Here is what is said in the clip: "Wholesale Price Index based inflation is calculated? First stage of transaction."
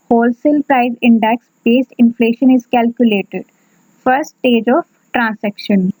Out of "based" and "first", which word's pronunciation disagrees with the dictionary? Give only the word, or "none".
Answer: first